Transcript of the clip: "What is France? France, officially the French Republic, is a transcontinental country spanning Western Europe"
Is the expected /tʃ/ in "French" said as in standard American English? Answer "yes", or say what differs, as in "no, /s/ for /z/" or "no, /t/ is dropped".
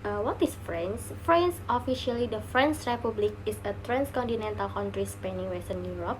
no, /s/ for /tʃ/